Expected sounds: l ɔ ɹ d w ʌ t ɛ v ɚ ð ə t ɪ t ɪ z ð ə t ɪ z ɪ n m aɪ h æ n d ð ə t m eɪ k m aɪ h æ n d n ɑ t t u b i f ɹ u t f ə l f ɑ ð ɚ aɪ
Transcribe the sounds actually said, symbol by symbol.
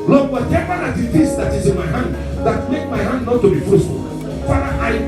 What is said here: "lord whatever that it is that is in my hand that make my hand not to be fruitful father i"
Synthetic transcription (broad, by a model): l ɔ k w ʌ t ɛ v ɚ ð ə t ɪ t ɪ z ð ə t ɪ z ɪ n m aɪ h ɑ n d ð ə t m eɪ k m aɪ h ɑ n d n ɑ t t u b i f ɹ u s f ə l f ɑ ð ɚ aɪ